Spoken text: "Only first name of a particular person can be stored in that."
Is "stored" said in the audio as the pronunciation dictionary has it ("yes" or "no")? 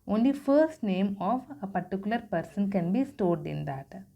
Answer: yes